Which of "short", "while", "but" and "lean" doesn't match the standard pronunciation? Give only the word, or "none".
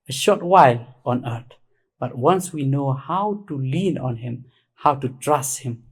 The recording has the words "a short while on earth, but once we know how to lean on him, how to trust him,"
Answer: none